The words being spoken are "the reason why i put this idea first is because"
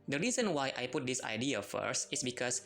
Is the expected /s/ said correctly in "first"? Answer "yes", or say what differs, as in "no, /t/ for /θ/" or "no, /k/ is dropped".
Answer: yes